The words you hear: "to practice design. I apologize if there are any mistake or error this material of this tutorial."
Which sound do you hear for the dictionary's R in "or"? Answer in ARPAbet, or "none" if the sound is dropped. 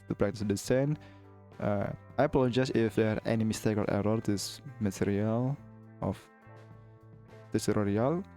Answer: L